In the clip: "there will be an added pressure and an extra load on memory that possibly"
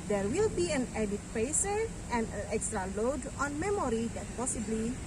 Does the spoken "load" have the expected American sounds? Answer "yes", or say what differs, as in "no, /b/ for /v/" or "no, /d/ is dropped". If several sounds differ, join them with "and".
yes